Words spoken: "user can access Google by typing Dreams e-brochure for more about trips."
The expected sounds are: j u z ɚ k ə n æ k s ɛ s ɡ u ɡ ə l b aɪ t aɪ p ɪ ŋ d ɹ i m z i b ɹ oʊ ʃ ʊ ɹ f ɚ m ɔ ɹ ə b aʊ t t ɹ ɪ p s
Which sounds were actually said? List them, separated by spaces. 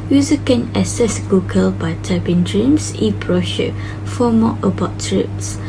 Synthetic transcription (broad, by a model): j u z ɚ k ə n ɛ s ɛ s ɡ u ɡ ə l b aɪ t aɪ b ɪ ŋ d ɹ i m s i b ɹ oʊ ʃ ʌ f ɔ m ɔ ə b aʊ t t ɹ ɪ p s